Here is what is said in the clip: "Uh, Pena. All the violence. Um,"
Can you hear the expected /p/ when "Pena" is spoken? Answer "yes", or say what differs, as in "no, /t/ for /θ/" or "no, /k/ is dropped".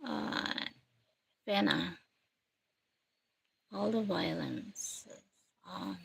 no, /f/ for /p/